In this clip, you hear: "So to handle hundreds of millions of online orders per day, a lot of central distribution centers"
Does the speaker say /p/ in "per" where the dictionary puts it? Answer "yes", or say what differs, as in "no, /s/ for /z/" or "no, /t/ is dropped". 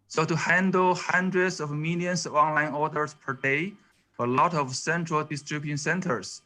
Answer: yes